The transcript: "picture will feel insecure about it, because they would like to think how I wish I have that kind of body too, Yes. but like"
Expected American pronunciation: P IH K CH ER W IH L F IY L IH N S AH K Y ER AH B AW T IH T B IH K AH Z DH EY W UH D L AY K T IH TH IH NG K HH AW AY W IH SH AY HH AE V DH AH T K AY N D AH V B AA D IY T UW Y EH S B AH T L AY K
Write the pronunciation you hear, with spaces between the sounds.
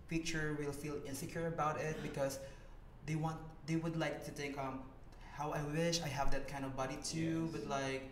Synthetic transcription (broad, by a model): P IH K CH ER W IH L F IY L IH N S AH K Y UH AH B AW T IH T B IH K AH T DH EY W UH D L AY K T IH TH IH NG K HH AW AY W IH SH AY HH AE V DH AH T K AY N D AH V B AA D IY T UW B AH T L AY K